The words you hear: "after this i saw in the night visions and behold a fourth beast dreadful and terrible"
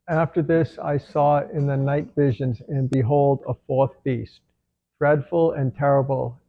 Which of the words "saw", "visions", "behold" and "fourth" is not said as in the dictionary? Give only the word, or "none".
none